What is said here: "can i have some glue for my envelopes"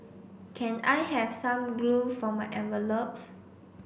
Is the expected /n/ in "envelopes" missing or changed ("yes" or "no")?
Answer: yes